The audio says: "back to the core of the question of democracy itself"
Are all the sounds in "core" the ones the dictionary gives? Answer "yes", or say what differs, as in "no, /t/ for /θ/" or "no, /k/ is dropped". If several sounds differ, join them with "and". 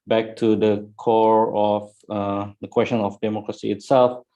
yes